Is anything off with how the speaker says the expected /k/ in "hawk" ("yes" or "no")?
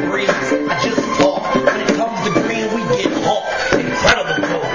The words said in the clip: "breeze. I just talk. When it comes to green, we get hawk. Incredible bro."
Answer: yes